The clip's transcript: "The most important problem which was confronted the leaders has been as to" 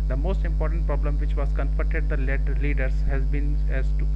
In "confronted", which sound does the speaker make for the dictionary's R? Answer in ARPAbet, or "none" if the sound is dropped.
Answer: none